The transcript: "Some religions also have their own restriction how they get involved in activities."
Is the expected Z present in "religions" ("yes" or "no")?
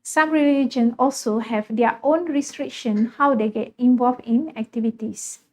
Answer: no